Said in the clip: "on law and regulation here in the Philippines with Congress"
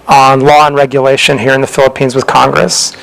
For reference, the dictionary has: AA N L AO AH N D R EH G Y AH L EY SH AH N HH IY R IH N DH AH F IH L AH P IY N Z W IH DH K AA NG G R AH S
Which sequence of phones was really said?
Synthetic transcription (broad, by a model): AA N L AO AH N R EH G Y AH L EY SH AH N HH IY R IH N DH AH F IH L AH P IY N Z W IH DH K AA NG G R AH S